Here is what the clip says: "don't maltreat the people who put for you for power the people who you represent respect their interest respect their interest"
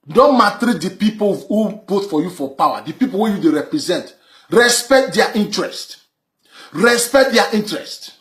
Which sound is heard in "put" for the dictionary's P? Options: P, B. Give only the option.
B